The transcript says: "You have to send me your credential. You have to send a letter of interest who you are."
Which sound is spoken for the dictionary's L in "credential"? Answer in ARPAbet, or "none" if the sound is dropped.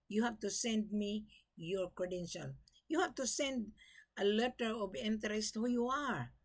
L